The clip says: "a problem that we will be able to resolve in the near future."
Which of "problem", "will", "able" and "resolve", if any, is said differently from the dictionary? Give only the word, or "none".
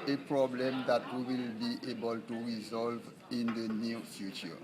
none